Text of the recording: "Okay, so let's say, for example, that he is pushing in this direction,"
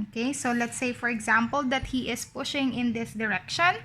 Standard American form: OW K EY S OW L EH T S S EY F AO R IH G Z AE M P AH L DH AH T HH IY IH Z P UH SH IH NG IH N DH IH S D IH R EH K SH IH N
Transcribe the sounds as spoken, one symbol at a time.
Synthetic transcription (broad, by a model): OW K EY S OW L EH T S S EY F AO R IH G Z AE M P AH L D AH T HH IY IH S P UH SH IH NG IH N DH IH S D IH R EH K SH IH N